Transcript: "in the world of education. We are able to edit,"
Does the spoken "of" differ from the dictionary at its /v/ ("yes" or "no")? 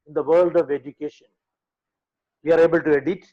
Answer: no